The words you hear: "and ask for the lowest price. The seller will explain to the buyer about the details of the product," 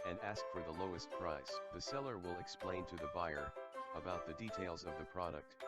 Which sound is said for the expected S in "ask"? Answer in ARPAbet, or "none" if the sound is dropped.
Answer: S